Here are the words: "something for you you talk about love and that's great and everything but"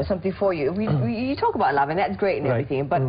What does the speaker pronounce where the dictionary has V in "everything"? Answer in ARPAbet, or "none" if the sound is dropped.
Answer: none